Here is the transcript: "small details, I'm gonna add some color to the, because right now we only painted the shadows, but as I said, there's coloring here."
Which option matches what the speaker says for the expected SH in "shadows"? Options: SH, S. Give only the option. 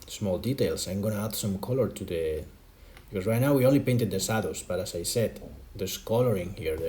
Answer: S